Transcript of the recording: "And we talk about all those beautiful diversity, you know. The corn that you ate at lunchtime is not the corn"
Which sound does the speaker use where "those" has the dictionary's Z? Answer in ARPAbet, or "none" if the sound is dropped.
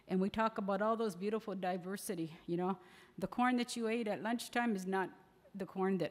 Z